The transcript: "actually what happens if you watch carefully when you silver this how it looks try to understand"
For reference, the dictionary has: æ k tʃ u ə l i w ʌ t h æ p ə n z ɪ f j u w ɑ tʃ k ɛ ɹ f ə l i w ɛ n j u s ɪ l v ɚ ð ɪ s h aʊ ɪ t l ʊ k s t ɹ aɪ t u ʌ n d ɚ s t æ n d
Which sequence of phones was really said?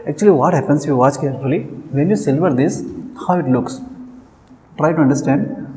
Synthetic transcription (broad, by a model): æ k tʃ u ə l i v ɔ t h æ p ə n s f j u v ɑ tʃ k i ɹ ə l i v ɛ n j u s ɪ l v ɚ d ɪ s h aʊ ɪ t l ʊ k s t ɹ aɪ t u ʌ n d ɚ s t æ n d